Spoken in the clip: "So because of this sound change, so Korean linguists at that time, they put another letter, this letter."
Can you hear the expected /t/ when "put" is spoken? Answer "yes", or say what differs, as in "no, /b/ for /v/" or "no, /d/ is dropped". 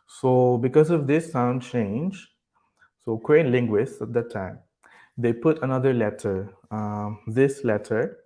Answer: yes